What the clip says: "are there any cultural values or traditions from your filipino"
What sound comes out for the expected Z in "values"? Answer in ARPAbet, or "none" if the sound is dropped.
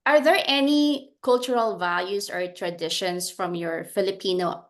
S